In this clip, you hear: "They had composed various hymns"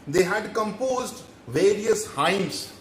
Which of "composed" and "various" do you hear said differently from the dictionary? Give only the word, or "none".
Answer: none